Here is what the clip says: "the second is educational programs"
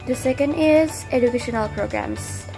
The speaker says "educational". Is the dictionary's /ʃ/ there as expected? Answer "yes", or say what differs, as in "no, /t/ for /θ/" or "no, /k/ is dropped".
yes